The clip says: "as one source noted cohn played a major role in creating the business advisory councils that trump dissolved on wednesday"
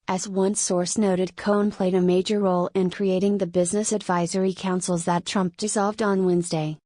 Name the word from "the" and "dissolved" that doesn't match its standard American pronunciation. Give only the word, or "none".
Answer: none